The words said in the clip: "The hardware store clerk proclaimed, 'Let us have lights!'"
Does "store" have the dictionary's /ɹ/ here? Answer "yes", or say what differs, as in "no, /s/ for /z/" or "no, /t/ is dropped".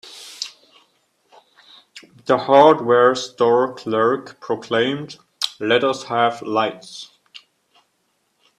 yes